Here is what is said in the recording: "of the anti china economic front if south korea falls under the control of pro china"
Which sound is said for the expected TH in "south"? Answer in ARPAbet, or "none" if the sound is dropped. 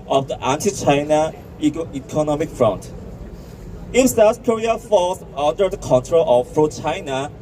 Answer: S